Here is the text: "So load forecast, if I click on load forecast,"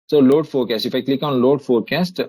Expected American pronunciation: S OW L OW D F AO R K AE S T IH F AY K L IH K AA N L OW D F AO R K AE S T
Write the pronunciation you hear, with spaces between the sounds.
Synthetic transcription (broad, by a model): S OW L OW D F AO R K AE S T IH F AY K L IH K AA N L OW D F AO R K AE S T